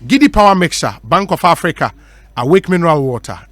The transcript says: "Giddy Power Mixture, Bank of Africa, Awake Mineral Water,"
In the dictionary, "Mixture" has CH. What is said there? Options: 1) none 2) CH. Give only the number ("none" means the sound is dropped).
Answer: 1